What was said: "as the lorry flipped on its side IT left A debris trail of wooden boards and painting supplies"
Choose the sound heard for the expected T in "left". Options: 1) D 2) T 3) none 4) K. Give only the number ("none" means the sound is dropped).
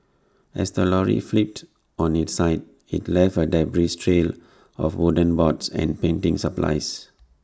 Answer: 3